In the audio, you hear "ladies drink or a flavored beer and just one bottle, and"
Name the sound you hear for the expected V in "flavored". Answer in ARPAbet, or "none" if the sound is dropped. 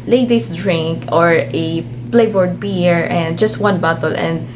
B